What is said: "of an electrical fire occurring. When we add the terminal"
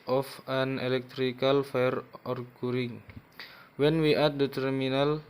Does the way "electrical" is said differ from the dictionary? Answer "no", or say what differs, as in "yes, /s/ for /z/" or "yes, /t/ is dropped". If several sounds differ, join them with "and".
no